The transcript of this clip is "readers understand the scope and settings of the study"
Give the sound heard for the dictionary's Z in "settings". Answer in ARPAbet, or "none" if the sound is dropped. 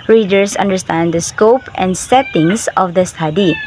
S